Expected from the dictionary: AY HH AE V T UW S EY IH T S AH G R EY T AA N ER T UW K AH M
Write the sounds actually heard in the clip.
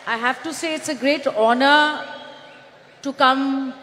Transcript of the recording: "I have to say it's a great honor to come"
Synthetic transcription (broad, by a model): AY HH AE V T UW S EY IH T S AH G R EY T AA N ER T UW K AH M